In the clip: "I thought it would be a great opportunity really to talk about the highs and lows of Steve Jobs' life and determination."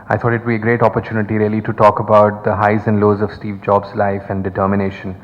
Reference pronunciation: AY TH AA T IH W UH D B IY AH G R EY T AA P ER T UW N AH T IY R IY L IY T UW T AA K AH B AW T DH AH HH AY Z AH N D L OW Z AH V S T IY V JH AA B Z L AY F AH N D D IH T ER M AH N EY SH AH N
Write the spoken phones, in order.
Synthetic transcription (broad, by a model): AY T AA T IH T B IY AH G R EY T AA P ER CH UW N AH T IY R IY L IY T UW T AA K AH B AW T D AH HH AY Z AH N D L OW Z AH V S T IY V JH AA B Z L AY F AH N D D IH T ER M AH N EY SH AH N